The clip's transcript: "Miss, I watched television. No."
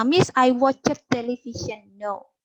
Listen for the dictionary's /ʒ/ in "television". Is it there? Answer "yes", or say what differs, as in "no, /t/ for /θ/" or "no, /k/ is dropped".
no, /ʃ/ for /ʒ/